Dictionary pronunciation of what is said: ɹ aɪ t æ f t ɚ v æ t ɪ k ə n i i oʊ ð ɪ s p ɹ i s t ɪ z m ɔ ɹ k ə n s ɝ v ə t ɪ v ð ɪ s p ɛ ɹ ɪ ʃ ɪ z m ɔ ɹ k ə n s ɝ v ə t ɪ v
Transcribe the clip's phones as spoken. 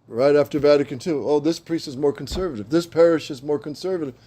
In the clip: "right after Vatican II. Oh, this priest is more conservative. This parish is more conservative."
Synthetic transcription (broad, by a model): ɹ aɪ t æ f t ɚ v æ t ɪ k ə n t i oʊ ð ɪ s p ɹ i s t ɪ z m ɔ ɹ k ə n s ɝ v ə t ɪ v ð ɪ s p ɛ ɹ ɪ ʃ ɪ z m ɔ ɹ k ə n s ɝ v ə t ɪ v